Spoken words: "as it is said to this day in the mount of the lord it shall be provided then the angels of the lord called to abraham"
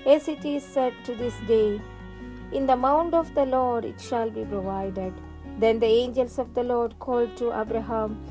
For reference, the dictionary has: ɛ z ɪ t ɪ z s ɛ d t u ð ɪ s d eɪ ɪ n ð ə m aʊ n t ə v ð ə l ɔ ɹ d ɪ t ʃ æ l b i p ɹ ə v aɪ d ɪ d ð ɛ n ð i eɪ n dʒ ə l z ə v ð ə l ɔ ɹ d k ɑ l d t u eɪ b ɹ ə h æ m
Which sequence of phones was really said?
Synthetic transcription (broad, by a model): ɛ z ɪ t ɪ z s ɛ d t u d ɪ s d eɪ ɪ n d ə m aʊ n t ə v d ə l ɔ ɹ d ɪ t ʃ æ l b i p ɹ ə v aɪ d ɪ d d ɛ n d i eɪ n dʒ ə l s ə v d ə l ɔ ɹ d k ɑ l d t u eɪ b ɹ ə h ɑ m